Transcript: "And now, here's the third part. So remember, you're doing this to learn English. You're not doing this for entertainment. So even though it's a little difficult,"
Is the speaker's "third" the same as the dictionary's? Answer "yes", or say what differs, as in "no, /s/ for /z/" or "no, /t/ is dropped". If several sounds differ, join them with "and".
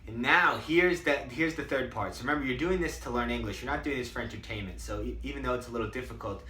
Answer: yes